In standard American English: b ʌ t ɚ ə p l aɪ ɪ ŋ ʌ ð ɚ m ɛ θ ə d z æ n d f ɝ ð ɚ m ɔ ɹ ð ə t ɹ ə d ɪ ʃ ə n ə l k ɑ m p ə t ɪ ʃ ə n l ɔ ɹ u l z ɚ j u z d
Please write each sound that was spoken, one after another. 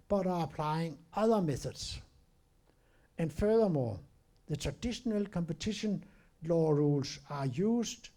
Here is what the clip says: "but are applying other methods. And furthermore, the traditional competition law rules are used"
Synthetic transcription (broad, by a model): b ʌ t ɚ ə p l aɪ ɪ ŋ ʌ ð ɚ m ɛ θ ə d s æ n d f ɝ ð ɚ m ɔ ð ə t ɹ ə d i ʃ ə n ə l k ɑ m p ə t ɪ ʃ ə n l ɔ ɹ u l s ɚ j u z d